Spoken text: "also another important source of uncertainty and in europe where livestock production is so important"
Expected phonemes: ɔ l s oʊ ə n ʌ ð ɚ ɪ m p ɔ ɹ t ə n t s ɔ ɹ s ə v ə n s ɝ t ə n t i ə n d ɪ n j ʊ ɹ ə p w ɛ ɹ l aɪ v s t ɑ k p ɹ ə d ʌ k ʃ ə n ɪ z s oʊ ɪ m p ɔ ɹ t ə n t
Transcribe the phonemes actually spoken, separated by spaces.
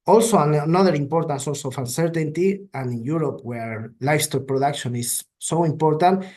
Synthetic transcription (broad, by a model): ɔ l s oʊ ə n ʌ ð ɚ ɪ m p ɔ ɹ t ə n s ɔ l s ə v ə n s ɝ t ə n t i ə n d ɪ n j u ɹ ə p w ɛ ɹ l aɪ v s t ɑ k p ɹ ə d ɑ k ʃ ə n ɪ s oʊ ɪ m p ɔ ɹ t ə n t